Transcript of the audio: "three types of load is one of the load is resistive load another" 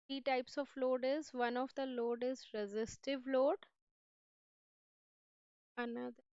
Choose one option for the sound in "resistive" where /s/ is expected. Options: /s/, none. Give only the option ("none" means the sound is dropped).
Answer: /s/